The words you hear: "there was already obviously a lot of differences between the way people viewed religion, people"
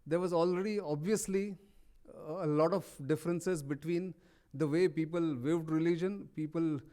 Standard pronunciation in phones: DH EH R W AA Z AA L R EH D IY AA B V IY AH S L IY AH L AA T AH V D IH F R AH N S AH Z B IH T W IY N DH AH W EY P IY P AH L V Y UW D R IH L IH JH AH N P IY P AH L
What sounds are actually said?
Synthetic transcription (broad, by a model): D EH R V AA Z AA L R EH D IY AA B V IY AH S L IY AH L AA T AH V D IH F R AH N S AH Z B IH T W IY N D AH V EY P IY P AH L V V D R IH L IH JH AH N P IY P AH L